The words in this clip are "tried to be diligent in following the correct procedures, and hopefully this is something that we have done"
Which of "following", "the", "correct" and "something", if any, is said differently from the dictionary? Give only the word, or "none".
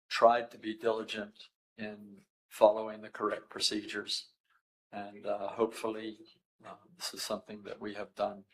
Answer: none